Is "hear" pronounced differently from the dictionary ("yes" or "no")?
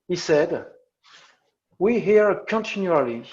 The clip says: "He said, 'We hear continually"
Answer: no